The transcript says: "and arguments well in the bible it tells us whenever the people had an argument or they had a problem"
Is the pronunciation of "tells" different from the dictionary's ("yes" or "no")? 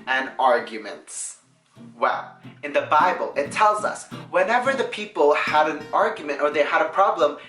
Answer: no